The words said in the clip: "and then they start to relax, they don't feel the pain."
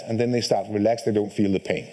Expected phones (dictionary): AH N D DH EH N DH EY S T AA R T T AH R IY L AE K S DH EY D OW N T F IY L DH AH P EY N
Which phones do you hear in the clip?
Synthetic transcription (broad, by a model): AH N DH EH N DH EY S T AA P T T R IY L AE K S DH EY D OW N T F IY L DH AH P EY N